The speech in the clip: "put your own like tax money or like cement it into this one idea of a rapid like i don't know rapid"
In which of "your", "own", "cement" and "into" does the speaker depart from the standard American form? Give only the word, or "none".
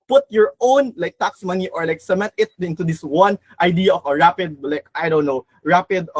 cement